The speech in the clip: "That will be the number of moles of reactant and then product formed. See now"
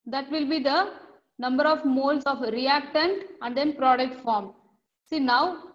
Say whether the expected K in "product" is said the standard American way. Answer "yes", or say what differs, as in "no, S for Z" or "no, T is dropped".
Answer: yes